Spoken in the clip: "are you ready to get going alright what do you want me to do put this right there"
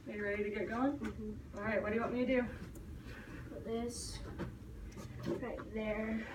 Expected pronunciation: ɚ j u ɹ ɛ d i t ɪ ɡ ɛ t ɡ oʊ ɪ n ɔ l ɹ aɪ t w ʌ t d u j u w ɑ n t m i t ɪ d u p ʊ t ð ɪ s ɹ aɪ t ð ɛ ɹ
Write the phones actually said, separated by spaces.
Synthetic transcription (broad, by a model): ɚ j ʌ ɹ ɛ d i t ɪ ɡ ɛ t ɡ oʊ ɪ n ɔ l ɹ aɪ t w ʌ t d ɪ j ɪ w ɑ t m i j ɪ d u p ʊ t ð ɪ s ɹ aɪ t ð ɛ ɹ